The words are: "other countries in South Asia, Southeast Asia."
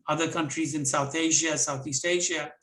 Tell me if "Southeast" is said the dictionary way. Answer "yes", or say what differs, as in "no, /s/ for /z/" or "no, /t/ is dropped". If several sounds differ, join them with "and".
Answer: yes